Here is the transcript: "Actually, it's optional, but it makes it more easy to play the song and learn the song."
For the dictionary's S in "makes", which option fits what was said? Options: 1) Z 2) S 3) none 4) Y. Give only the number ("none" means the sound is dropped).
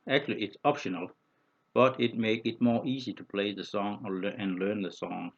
3